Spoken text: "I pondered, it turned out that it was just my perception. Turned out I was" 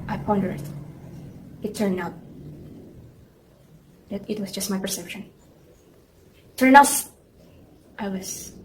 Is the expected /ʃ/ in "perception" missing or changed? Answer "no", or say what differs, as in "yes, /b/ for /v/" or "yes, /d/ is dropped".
no